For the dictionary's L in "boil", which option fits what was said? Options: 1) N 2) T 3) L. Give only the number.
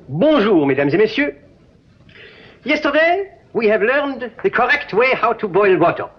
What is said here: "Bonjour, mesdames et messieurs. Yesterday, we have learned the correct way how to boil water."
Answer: 3